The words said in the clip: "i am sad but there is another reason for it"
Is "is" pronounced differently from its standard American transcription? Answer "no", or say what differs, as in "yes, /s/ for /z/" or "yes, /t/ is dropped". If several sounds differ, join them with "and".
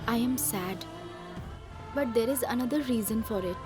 no